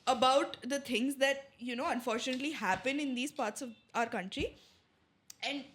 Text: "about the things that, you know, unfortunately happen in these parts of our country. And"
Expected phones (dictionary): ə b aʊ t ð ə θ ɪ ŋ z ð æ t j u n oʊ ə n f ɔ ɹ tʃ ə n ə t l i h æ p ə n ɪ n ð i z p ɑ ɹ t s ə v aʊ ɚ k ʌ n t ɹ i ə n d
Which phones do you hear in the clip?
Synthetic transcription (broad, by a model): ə b aʊ t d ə t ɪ ŋ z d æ t j u n oʊ ə n f ɔ ɹ tʃ ə n ə t l i h æ p ə n ɪ n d i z p ɑ ɹ t s ə v aʊ ɚ k ʌ n t ɹ i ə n d